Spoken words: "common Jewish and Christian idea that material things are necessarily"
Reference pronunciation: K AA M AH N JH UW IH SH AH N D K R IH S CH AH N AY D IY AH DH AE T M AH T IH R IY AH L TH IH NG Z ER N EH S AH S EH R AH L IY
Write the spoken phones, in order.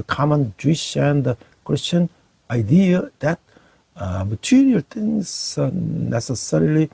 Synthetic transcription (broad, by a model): K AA M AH N JH UW IH SH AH N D K R IH S CH AH N AY D IY AH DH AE T M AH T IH R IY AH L T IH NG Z N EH S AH S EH R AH L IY